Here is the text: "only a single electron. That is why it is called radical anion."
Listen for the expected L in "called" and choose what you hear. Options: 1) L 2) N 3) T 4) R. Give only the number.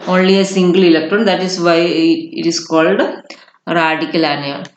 1